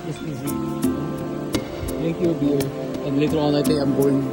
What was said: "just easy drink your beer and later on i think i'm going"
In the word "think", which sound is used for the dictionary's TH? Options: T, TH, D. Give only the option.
T